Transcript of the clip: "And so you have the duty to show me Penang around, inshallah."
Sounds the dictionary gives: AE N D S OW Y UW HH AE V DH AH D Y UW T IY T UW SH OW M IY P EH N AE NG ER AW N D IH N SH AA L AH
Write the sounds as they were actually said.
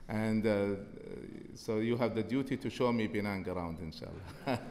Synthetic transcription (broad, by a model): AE N D S OW Y UW HH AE V DH AH D Y UW T IY T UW SH OW M IY B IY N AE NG ER AW N D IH N SH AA L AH